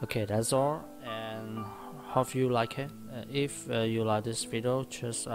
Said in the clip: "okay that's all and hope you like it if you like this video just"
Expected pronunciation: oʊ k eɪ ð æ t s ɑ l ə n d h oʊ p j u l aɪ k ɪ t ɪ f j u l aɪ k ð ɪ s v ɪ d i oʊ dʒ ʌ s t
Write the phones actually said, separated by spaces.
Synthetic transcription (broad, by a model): oʊ k eɪ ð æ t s ɑ l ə n h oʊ f j u l aɪ k ɪ t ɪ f j u l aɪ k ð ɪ s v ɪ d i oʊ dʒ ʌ s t